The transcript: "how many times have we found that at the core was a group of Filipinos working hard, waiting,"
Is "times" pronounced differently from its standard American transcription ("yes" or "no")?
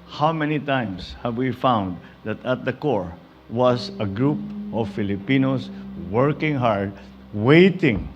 yes